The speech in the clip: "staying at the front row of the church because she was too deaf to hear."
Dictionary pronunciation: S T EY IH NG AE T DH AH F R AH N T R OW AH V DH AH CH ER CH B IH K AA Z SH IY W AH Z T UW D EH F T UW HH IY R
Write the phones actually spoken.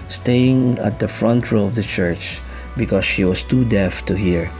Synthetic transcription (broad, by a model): S T EY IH NG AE T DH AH F R AH N T R OW AH V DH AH CH ER CH B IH K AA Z SH IY W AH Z T UW D EH F T UW HH IY R